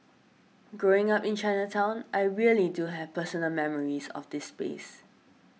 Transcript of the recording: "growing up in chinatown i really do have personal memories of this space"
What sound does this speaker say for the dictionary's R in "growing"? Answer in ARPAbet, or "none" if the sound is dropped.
R